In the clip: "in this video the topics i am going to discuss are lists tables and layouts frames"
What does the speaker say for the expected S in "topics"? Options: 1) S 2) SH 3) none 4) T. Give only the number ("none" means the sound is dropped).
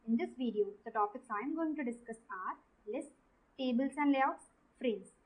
1